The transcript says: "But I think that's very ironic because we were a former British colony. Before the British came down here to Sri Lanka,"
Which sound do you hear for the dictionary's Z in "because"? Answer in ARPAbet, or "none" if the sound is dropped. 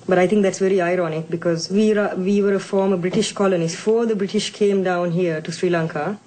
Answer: Z